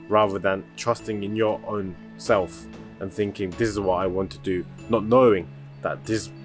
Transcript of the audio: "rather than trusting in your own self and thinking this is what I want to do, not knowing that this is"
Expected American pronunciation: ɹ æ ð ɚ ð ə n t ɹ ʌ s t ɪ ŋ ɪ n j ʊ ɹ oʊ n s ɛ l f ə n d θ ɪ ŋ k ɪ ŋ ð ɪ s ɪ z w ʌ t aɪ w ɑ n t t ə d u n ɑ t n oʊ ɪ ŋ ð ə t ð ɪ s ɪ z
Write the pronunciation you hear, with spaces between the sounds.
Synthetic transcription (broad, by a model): ɹ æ ð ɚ ð ə n t ɹ ʌ s t ɪ ŋ ɪ n j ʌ ɹ oʊ n s ɛ l f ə n θ ɪ ŋ k ɪ ŋ ð ɪ s ɪ z w ʌ t aɪ w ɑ n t t ə d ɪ n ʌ t n oʊ ɪ ŋ ð ə t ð ɪ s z